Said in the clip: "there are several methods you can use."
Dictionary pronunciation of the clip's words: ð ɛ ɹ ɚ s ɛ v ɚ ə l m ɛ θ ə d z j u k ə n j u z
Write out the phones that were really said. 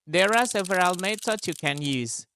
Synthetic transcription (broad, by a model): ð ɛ ɹ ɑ s ɛ v ɚ ə l m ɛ t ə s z j u k ə n j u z